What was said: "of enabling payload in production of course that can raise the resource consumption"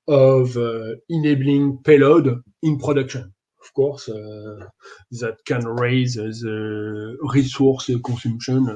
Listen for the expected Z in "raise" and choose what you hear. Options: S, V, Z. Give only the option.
Z